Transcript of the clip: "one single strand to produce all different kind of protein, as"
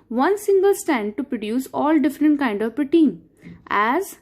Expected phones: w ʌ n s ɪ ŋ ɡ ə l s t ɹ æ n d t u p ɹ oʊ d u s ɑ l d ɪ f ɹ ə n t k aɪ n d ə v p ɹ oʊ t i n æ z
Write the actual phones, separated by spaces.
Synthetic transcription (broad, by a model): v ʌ n s ɪ ŋ ɡ ə l s t æ n d t u p ɹ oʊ d u s ɑ l d ɪ f ɹ ə n t k aɪ n d ə v p ɹ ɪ t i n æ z